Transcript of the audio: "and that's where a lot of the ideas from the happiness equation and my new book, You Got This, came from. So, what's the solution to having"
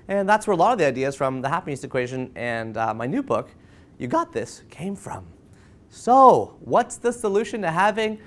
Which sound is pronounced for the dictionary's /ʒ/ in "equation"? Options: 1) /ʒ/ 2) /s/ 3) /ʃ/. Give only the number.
1